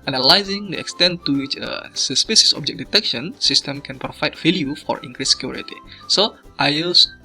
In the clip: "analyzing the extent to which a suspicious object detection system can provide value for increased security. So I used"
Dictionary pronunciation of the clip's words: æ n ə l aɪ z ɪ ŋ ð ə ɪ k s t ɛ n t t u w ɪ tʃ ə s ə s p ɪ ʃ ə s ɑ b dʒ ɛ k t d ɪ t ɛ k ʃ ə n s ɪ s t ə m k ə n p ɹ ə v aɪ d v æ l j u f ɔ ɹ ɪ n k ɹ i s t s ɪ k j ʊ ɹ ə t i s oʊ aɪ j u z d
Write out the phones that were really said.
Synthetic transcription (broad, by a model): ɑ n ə l aɪ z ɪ ŋ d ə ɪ k s t ɛ n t t u w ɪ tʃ ə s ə s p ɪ s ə s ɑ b dʒ ɛ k d ɪ t ɛ k ʃ ə n s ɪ s t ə m k ə n p ɹ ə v aɪ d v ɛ l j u f ɔ ɹ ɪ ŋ k ɹ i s s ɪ k j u ɹ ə t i s oʊ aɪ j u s